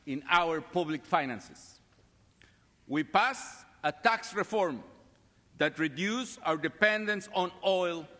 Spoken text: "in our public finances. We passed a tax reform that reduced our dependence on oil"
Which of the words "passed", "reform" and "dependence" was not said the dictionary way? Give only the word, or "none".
passed